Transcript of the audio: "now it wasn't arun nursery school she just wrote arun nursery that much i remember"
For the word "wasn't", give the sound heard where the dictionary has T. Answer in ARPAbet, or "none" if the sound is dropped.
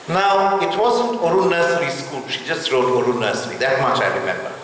T